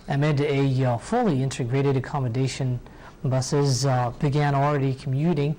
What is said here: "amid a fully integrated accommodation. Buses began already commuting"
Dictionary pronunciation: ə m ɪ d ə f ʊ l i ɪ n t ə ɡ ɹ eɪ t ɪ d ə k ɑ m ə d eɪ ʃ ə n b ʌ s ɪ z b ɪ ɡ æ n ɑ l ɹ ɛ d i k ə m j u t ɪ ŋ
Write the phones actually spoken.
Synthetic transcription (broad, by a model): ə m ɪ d ə f ʊ l i ɪ n t ə ɡ ɹ eɪ t ɪ d ə k ɑ m ə d eɪ ʃ ə n b ʌ s ɪ z b ɪ ɡ æ n l ɹ ɛ d i k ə m j u t ɪ ŋ